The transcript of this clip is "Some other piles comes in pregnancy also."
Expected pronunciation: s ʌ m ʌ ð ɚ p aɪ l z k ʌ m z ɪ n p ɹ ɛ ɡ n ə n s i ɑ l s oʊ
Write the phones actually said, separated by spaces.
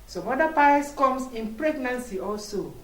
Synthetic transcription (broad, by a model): s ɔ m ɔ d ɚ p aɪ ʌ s k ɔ m s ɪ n p ɹ ɛ ɡ n ə n s i ɑ l s oʊ